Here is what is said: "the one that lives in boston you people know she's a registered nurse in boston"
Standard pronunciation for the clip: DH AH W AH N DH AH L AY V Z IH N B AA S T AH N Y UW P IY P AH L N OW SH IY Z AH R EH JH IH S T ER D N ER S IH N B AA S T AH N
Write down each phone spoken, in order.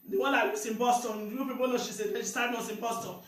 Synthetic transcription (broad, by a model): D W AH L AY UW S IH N B AA S T AH N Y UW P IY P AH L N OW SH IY S AH L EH SH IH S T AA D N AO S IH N B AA S T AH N